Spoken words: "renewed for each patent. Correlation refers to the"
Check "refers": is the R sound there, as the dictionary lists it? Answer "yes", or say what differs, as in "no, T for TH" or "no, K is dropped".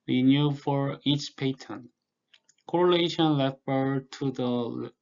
no, L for R